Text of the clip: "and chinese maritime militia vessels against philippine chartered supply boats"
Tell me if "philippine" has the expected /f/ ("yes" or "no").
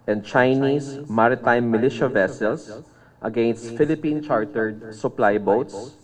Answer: yes